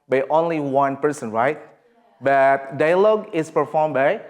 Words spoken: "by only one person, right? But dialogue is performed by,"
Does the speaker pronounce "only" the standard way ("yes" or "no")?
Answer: yes